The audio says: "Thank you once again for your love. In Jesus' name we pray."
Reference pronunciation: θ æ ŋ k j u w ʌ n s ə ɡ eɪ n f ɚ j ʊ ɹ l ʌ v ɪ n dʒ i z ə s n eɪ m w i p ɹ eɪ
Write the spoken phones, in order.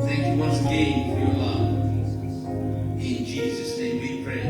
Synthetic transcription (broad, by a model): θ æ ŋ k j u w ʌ s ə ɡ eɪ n f ɚ j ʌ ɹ l ʌ v ɪ n dʒ i z ə s n eɪ m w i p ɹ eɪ